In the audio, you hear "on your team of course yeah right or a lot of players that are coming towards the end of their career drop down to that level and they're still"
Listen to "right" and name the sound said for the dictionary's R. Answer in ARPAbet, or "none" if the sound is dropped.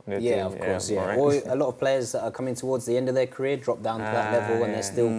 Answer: W